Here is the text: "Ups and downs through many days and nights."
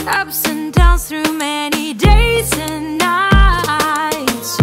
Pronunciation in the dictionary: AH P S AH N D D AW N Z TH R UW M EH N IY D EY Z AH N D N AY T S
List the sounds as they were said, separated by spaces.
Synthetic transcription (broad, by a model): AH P S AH N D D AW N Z TH R UW M EH N IY D EY Z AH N N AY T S